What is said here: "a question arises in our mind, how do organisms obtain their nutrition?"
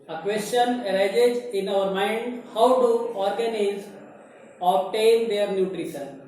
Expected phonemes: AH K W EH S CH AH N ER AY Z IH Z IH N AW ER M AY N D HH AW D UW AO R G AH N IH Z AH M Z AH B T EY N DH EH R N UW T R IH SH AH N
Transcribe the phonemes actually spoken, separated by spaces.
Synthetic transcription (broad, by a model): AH K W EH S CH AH N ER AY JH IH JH IH N AW ER M AY N D HH AW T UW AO R G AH N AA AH Z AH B T EY N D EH R N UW T R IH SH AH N